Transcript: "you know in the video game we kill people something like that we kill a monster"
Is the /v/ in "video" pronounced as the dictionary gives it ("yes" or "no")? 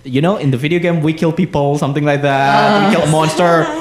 yes